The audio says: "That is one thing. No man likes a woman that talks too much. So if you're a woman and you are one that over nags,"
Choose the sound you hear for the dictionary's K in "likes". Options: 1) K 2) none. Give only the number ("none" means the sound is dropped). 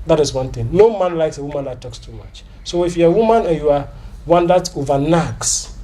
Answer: 1